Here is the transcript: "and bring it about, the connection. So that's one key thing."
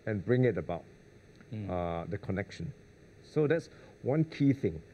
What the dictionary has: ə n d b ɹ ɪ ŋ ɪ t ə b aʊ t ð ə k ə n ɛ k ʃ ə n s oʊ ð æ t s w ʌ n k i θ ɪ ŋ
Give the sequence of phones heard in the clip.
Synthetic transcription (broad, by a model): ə n b ɹ ɪ ŋ ɪ t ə b aʊ t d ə k ə n ɛ k ʃ ə n s oʊ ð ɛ t s w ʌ n k i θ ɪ ŋ